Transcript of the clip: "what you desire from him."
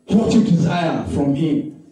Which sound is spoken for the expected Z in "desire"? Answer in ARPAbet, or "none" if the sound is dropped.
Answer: Z